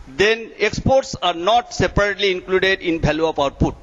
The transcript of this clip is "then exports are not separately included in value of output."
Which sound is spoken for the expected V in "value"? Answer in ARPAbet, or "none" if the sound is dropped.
B